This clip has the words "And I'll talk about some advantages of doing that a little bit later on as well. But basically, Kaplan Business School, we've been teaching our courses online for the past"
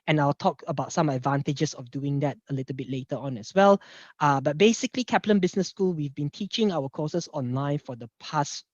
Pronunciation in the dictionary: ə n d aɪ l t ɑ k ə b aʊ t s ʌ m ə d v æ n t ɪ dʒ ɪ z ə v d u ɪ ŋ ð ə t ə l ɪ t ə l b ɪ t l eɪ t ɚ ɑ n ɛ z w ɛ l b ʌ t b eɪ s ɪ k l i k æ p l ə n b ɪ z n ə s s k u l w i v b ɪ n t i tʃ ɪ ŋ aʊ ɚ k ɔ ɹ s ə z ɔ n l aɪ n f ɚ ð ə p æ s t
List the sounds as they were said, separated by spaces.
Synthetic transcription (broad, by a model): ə n aɪ l t ɑ k ə b aʊ t s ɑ m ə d v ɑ n t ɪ dʒ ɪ s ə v d u ɪ ŋ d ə t ə l ɪ t ə l b ɪ t l eɪ t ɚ ɑ n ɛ s w ɛ l b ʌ t b eɪ s ɪ k l i k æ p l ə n b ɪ s n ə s s k u l w i v b ɪ n t i tʃ ɪ ŋ aʊ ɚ k ɔ s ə s ɔ n l aɪ n f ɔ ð ə p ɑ s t